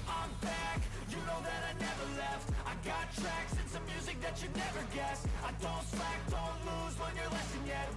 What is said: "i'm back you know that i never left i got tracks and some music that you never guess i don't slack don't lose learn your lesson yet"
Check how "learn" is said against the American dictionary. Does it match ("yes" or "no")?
no